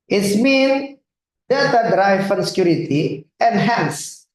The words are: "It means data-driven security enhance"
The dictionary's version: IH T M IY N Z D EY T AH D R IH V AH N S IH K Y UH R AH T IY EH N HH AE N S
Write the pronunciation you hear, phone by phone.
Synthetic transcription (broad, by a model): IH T M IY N D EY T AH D R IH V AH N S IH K Y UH R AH T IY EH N HH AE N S